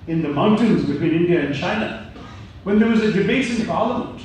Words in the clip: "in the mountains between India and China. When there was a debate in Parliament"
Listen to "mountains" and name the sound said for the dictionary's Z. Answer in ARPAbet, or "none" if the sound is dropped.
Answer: Z